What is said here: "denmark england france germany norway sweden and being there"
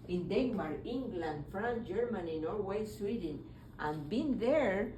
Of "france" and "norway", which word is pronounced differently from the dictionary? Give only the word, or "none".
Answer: france